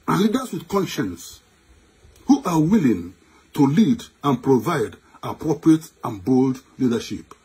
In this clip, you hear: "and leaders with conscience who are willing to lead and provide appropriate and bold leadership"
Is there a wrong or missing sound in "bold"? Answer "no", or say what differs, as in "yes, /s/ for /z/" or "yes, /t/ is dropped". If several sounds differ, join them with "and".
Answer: no